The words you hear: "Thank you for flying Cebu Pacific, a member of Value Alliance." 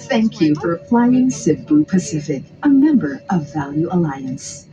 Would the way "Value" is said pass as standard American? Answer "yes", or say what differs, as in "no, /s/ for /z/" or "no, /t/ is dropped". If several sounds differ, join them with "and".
yes